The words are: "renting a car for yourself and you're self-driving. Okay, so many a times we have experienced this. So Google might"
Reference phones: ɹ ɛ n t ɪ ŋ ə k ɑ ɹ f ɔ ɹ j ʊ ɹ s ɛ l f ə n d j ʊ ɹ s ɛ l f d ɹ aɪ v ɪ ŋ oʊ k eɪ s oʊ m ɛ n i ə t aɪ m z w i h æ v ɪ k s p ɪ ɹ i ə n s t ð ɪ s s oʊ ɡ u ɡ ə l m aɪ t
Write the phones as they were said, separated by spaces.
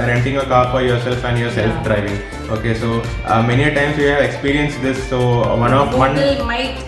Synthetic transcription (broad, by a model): ɹ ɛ n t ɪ ŋ ə k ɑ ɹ f ɔ ɹ j ʊ ɹ s ɛ l f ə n j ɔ ɹ s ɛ l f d ɹ aɪ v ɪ ŋ oʊ k eɪ s oʊ m ɛ n i ə t aɪ m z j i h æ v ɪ k s p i ɹ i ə n s t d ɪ s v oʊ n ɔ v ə n m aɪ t